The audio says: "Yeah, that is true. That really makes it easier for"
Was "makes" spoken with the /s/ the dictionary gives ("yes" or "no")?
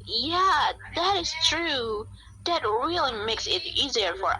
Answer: yes